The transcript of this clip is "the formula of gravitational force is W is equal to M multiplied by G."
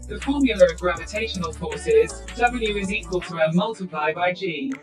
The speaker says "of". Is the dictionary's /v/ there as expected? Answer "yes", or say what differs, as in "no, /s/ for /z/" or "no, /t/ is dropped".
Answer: yes